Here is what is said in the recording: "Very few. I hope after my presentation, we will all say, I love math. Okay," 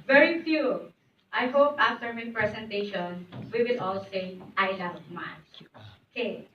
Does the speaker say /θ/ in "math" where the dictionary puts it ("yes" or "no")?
no